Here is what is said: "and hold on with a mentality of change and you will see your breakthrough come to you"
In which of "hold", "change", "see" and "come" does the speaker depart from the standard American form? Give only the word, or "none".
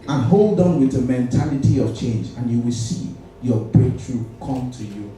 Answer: none